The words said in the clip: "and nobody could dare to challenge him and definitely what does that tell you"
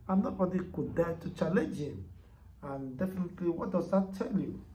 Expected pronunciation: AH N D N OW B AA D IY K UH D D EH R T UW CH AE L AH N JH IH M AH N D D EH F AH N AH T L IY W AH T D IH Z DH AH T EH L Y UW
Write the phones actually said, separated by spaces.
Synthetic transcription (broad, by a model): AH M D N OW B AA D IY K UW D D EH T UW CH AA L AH JH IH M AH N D D EH F AH N AH T L IY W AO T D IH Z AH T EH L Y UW